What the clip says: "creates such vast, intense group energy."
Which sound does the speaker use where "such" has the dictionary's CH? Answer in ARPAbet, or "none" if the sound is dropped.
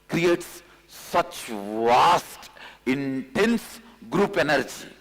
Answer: CH